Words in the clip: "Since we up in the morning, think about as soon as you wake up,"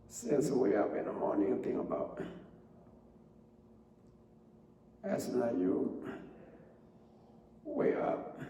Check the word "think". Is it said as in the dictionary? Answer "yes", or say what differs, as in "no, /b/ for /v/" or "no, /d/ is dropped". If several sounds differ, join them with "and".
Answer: no, /k/ is dropped